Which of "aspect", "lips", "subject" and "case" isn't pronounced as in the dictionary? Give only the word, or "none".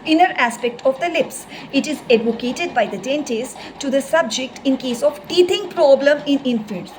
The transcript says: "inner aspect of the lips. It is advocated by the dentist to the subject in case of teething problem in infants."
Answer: none